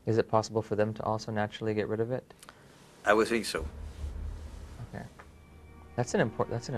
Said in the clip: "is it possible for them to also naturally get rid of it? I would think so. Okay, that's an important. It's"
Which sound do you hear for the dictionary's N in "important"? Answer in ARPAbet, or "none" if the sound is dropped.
none